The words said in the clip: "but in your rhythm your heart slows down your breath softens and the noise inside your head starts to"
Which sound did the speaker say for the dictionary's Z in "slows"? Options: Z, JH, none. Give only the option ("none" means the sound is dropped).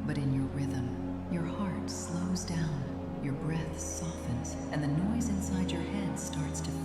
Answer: Z